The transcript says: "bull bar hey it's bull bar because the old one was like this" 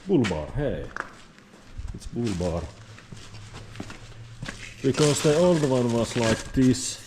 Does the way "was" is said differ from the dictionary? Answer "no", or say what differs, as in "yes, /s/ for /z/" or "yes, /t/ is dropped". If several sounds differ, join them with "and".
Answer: yes, /s/ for /z/